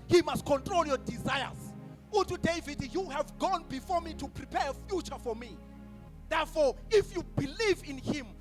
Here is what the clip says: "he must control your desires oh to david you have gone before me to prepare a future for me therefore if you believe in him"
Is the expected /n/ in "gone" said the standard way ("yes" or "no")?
yes